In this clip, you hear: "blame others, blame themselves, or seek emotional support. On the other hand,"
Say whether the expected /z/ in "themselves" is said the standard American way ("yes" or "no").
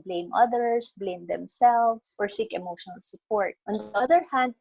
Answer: no